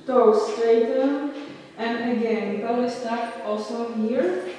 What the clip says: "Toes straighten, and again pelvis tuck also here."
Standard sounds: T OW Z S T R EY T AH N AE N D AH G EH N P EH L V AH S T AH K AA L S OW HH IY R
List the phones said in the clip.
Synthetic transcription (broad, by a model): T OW S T EY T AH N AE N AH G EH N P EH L AH S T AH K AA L S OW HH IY R